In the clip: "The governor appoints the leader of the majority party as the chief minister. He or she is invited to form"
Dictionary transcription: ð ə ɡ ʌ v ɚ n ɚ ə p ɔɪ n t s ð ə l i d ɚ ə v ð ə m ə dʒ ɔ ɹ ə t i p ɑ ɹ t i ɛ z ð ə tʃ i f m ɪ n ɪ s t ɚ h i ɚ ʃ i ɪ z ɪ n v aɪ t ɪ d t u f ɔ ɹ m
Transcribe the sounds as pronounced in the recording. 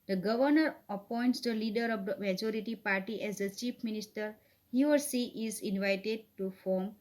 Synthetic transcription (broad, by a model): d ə ɡ ʌ v ɚ n ɚ ə p ɔɪ n t s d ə l i d ɚ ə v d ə m ə dʒ ɔ ɹ ə t i p ɑ ɹ t i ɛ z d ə tʃ i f m ɪ n ɪ s t ɚ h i ɚ s i ɪ z ɪ n v aɪ t ɪ d t u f ɔ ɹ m